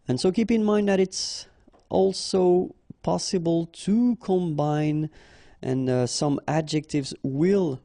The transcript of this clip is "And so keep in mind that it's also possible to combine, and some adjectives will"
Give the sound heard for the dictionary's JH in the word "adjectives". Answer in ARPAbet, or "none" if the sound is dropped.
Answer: JH